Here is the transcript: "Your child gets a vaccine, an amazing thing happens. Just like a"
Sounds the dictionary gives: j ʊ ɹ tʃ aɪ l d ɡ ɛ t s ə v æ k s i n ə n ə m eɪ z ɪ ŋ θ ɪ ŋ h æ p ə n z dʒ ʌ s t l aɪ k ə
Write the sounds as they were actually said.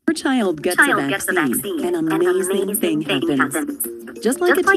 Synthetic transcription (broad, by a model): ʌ ɹ tʃ aɪ l d ɡ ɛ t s ə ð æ s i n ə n ə m eɪ z ɪ ŋ θ ɪ ŋ h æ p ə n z dʒ ʌ s t l aɪ k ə